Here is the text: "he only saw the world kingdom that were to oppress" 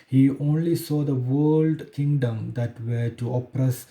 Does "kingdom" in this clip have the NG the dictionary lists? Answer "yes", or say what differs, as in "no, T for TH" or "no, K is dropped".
yes